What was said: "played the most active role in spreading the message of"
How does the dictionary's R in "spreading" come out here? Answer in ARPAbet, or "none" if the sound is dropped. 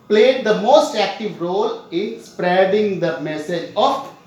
R